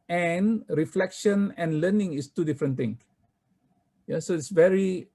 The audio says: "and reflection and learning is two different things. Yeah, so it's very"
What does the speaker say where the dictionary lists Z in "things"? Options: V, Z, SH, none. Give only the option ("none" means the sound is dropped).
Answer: none